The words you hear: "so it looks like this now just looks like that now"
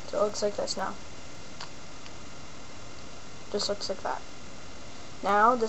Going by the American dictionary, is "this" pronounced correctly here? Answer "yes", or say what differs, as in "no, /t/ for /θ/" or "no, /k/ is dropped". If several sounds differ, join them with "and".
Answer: yes